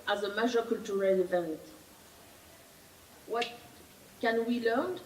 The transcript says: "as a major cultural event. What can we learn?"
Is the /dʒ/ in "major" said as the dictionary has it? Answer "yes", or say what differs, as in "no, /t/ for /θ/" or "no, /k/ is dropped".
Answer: no, /ʒ/ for /dʒ/